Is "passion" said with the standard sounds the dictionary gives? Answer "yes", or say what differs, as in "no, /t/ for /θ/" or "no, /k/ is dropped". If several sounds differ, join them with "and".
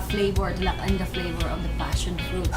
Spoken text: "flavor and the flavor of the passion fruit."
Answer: yes